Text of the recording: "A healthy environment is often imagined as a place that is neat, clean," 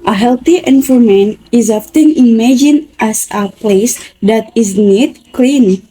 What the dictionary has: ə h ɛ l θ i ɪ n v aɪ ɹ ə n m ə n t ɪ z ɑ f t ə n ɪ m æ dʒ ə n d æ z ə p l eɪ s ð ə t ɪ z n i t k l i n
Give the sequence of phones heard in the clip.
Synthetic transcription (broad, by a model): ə h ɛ l t i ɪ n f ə m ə n ɪ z ɑ f t ə n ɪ m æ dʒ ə n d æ s ə p l eɪ s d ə t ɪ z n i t k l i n